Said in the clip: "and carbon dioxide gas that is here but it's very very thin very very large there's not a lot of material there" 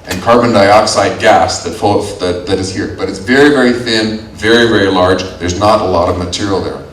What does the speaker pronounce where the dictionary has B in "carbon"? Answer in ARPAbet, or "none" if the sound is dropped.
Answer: B